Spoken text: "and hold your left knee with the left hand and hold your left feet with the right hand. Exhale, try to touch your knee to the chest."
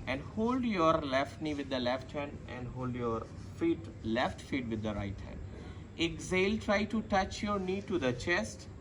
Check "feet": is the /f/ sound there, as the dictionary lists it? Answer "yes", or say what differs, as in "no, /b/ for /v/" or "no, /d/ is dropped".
yes